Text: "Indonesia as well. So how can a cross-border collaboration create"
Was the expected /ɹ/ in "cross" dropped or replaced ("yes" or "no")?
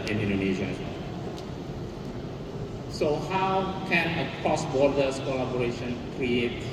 yes